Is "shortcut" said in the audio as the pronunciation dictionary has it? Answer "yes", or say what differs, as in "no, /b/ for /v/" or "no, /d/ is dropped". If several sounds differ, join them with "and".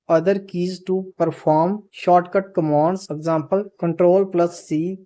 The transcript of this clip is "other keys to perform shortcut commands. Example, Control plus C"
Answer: yes